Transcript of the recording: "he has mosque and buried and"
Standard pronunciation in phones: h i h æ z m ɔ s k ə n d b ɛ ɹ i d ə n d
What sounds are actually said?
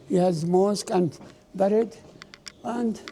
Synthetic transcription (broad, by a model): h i h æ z m ɔ s k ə n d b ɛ ɹ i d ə n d